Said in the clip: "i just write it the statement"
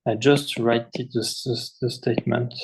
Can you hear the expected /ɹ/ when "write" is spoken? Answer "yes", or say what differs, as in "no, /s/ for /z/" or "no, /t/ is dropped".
yes